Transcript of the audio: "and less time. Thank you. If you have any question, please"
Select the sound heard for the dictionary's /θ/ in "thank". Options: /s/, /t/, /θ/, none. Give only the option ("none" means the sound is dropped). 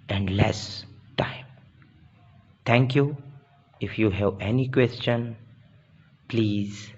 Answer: /t/